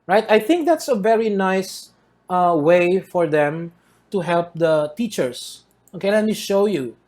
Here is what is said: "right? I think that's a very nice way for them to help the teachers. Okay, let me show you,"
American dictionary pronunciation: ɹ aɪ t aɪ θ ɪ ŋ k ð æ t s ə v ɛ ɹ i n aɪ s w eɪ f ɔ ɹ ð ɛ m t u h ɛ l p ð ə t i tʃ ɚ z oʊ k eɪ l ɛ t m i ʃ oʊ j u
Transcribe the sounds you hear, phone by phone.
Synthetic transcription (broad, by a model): ɹ aɪ t aɪ θ ɪ ŋ k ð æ t s ə v ɛ ɹ i n aɪ s w eɪ f ɔ ɹ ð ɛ m t u h ɛ l p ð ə t i tʃ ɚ s oʊ k eɪ l ɛ t m i ʃ oʊ j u